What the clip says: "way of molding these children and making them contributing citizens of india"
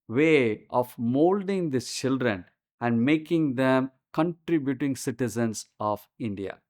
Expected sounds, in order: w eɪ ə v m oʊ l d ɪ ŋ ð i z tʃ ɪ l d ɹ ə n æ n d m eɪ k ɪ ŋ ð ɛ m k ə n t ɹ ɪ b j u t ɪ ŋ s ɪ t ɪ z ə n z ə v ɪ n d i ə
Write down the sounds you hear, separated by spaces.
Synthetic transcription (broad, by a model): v eɪ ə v m oʊ l d ɪ ŋ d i tʃ ɪ l d ɹ ə n æ n d m eɪ k ɪ ŋ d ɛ m k ə n t ɹ ɪ b j u t ɪ ŋ s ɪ t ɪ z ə n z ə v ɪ n d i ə